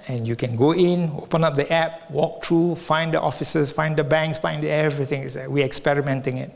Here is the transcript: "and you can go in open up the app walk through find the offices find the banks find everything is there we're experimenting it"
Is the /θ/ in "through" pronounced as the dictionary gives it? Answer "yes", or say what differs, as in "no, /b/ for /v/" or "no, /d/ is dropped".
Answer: no, /t/ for /θ/